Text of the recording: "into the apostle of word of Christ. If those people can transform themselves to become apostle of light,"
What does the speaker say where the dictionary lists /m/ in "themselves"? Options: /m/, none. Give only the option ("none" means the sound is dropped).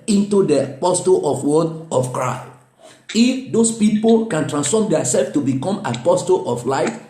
none